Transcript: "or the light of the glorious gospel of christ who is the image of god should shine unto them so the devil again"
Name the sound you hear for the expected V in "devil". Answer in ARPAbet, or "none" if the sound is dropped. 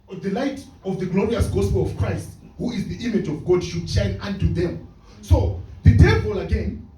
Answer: P